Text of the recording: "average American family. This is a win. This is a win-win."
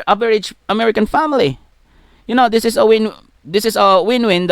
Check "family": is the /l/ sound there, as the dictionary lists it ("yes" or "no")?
no